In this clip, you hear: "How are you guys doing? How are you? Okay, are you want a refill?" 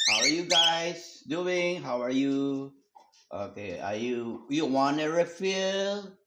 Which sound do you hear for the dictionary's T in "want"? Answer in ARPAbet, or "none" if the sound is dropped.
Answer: none